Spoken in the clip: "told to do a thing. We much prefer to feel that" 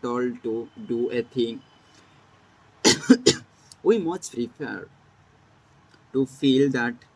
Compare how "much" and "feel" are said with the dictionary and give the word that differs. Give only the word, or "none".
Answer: much